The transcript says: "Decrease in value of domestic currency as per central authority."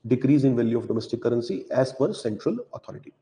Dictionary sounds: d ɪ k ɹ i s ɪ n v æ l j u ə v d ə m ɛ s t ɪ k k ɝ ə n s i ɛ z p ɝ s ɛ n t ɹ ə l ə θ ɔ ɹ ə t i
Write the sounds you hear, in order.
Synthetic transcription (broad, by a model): d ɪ k ɹ i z ɪ n v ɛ l j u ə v d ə m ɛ s t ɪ k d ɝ ə n s i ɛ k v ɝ s ɛ n t ɹ ə l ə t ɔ ɹ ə t i